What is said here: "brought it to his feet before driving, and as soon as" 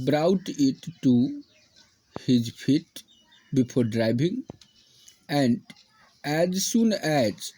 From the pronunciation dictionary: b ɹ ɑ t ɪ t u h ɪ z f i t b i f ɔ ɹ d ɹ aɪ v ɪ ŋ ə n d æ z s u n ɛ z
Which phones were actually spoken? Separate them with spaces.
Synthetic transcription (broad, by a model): b ɹ ɑ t ɪ t u h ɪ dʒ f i t b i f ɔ ɹ d ɹ aɪ b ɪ ŋ ə n d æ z s u n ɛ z